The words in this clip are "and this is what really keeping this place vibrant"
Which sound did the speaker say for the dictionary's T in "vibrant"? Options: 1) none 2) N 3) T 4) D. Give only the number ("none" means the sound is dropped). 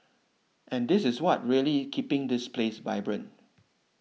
1